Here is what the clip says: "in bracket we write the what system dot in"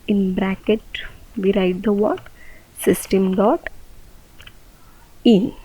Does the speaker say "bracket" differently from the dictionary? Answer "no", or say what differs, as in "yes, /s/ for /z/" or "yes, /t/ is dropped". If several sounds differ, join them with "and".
no